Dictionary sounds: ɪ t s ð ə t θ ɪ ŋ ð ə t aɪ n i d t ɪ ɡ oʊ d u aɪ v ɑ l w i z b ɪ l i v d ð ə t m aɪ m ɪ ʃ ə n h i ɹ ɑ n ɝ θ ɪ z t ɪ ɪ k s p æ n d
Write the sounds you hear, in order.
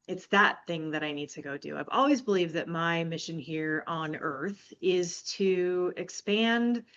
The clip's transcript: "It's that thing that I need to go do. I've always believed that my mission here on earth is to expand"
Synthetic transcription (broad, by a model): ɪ t s ð ə t θ ɪ ŋ ð ə t aɪ n i d t ɪ ɡ oʊ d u aɪ v ɑ l w i z b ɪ l i v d ð ə t m aɪ m ɪ ʃ ə n h i ɹ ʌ n ɝ θ ɪ z t ɪ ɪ k s p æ n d